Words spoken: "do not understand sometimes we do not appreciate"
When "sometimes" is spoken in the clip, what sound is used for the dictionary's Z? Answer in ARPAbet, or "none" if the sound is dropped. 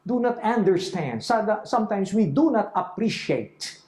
S